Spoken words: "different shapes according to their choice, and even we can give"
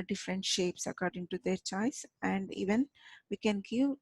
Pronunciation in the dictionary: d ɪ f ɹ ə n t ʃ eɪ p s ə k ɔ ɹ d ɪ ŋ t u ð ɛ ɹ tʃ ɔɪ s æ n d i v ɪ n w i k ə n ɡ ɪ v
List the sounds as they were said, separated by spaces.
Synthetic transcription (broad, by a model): d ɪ f ɹ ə n t ʃ eɪ p s ə k ɔ ɹ d ɪ ŋ t u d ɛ ɹ tʃ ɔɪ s æ n d i v ɪ n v i k ə n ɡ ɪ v